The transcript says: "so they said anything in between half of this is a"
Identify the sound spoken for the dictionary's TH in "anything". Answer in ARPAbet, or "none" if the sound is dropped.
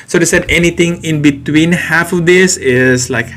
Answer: T